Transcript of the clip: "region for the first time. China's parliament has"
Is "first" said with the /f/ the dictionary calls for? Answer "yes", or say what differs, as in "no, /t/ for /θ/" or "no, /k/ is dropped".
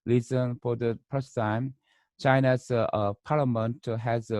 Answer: no, /p/ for /f/